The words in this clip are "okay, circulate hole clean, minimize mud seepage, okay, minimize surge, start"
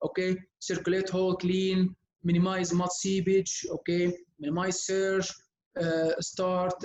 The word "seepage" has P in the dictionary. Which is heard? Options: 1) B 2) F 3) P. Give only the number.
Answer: 1